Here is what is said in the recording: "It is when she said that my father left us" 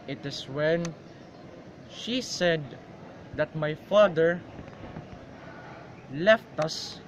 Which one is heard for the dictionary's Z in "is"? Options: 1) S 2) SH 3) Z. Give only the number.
1